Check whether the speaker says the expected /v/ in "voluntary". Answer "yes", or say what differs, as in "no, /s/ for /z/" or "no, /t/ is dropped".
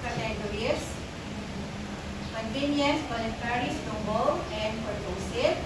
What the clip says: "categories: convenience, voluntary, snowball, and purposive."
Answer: no, /b/ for /v/